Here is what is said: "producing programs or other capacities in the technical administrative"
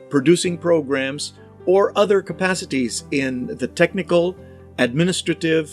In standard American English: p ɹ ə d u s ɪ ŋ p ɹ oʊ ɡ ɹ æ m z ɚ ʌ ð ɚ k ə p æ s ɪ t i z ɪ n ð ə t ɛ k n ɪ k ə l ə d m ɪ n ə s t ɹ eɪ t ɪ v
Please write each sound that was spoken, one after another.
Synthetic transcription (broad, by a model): p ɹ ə d u s ɪ ŋ p ɹ oʊ ɡ ɹ æ m z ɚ ʌ ð ɚ k ə p æ s ɪ t i z ɪ n ð ə t ɛ k n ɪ k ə l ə d m ɪ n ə s t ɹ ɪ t ɪ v